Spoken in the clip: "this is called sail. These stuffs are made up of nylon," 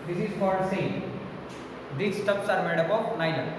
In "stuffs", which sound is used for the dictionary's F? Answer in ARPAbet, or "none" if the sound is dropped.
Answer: P